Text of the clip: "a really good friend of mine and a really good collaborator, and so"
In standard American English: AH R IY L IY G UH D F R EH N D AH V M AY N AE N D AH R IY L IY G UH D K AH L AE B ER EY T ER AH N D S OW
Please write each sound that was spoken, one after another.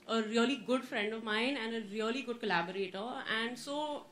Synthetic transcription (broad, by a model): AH R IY L IY G UH D F R EH N D AH V M AY N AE N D AH R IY L IY G UH D K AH L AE B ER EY T ER AH N D S OW